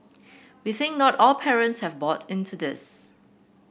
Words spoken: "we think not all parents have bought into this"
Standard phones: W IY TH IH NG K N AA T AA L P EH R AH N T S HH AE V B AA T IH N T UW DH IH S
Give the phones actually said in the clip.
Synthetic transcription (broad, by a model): W IY TH IH NG K N AA T AA L P EH R AH N T S HH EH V B AA T IH N T UW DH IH S